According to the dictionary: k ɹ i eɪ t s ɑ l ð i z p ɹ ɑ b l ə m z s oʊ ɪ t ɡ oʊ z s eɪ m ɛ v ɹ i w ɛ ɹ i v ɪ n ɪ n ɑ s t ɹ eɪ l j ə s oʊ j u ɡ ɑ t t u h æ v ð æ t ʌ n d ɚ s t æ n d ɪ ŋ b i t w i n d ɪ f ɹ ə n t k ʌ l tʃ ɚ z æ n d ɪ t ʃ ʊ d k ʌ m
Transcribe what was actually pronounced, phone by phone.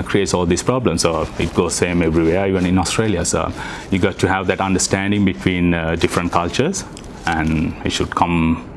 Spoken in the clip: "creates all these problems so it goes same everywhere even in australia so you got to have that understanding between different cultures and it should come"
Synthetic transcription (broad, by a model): k ɹ i eɪ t s ɑ l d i s p ɹ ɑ b l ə m s oʊ ɪ t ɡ oʊ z s eɪ m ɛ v ɹ i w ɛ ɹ i v ɪ n ɪ n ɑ s t ɹ eɪ l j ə s oʊ j u ɡ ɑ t t u h æ v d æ t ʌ n d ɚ s t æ n d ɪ ŋ b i t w i n d ɪ f ɹ ə n t k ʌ l tʃ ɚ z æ n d ɪ t ʃ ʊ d k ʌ m